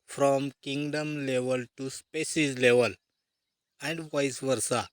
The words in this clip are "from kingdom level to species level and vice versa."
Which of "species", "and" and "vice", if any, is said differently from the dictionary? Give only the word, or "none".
species